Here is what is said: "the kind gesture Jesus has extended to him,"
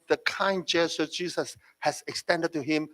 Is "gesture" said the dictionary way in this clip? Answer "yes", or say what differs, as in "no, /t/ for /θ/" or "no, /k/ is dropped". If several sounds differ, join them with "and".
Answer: no, /tʃ/ is dropped